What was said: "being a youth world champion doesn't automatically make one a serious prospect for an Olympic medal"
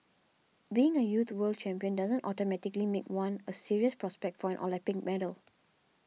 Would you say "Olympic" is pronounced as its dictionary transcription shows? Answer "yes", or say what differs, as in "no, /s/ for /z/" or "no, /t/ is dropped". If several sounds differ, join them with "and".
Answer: no, /m/ is dropped